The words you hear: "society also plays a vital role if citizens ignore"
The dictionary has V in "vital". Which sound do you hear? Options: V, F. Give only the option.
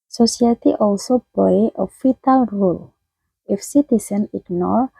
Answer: F